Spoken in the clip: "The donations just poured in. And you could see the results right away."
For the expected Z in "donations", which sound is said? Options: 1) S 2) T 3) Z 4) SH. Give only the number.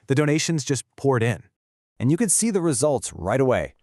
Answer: 3